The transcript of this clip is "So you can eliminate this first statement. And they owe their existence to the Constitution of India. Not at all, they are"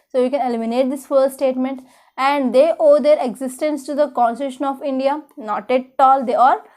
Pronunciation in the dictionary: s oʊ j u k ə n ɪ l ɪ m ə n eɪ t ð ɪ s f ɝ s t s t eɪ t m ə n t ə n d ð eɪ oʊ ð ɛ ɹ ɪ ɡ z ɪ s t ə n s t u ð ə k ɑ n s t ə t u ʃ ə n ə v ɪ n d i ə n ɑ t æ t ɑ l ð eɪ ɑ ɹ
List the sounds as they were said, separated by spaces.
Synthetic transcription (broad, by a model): s oʊ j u k ə n ɪ l ɪ m ə n eɪ t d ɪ s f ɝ t s t eɪ t m ə n t ə n d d eɪ oʊ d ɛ ɹ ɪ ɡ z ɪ s t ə n s t u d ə k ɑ n s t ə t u ʃ ə n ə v ɪ n d i ə n ɑ t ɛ t ɑ l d eɪ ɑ ɹ